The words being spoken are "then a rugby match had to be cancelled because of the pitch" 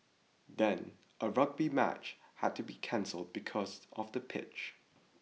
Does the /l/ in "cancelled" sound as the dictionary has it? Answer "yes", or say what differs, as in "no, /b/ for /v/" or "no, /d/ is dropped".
yes